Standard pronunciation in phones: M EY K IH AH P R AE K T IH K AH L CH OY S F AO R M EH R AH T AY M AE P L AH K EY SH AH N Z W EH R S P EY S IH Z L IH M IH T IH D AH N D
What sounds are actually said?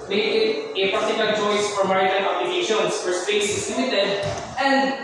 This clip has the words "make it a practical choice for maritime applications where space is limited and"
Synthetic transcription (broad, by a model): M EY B IH AH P AA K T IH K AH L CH OY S F AO R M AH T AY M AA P L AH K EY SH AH N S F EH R S P EY S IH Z L IH M IH T IH D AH N D